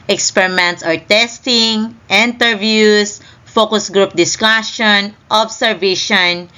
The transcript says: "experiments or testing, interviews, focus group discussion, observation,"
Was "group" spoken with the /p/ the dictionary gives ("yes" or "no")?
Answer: yes